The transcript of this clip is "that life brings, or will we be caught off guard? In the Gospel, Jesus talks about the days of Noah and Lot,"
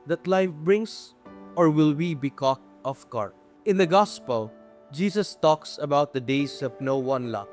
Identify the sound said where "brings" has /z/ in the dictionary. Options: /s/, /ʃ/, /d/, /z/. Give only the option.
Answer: /s/